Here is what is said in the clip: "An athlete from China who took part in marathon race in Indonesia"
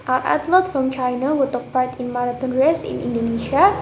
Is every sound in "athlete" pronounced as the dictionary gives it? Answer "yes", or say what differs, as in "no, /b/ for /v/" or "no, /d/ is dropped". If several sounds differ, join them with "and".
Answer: no, /t/ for /θ/